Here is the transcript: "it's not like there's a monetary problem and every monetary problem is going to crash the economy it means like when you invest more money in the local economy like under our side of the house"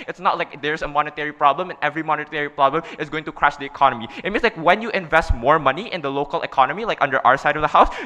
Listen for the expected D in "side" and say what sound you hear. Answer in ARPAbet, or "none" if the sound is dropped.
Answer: D